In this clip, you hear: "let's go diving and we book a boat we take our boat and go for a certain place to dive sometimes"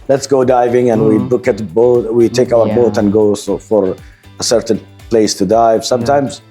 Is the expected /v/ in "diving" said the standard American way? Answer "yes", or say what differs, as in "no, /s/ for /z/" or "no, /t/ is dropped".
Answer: yes